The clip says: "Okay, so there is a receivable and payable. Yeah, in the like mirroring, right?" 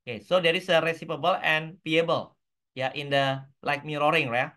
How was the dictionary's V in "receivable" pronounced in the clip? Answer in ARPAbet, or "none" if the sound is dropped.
P